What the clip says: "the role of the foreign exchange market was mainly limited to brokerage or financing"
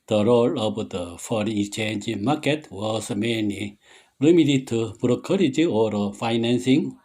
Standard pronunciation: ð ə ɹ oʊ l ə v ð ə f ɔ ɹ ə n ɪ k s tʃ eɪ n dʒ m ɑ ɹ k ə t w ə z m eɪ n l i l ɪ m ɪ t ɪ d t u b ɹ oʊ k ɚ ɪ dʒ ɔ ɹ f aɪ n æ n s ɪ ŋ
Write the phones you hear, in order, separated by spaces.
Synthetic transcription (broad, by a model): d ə ɹ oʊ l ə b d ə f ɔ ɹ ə ɪ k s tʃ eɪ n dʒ m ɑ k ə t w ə s m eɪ n i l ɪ m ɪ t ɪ t u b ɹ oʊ k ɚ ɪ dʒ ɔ ɹ f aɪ n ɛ n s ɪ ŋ